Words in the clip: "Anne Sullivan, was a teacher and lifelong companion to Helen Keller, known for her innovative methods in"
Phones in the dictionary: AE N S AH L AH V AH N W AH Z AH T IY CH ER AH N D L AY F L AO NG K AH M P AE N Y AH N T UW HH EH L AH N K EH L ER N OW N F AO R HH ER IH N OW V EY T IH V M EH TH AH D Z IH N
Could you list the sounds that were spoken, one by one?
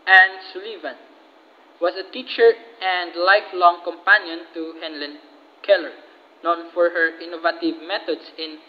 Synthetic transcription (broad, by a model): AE N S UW L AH V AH N W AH S AH T IY CH ER AH N D L AY F L AO NG K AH M P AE N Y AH N T UW HH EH L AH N K EH L ER N OW N F AO R HH ER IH N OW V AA T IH V M EH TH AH D S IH N